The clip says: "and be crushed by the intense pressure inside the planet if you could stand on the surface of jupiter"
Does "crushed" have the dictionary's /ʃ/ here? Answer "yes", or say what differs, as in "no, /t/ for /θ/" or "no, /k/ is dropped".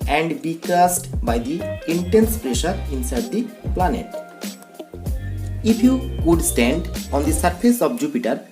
no, /s/ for /ʃ/